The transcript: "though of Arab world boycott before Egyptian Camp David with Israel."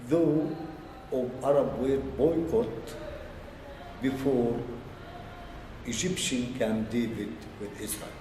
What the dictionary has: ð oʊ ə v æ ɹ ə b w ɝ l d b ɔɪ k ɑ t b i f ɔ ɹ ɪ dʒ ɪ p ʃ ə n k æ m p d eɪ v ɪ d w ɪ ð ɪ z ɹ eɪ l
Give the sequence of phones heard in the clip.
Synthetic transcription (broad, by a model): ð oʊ ə v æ ɹ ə b w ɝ d b ɔɪ k ɑ t b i f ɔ ɹ ɪ dʒ ɪ p ʃ ə n k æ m d eɪ v ɪ d w ɪ ð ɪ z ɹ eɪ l